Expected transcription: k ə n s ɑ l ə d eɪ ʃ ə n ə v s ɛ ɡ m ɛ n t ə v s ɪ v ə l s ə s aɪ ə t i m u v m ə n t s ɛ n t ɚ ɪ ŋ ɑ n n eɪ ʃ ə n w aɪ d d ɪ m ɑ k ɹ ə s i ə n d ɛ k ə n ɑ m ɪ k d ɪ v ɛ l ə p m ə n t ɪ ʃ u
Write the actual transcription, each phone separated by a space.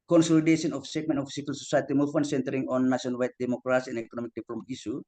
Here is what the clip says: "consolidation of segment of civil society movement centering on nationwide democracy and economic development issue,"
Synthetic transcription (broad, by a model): k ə n s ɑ l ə d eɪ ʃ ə n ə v s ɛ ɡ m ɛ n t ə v s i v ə l s ə s aɪ ə t i m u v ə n s ɛ n t ɚ ɪ ŋ ɑ n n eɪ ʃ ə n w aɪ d d ɪ m ɑ k ɹ ə s i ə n ɛ k ə n ɑ m ɪ k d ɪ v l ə m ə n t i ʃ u